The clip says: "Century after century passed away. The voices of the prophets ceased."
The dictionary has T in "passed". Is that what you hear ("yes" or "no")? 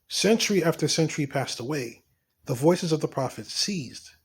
yes